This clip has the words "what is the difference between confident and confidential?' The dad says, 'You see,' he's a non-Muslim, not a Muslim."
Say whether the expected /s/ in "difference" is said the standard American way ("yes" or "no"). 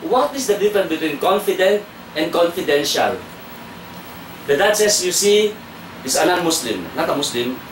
no